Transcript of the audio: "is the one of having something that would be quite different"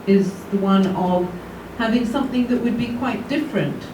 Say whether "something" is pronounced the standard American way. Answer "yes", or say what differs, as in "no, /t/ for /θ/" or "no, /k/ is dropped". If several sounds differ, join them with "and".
yes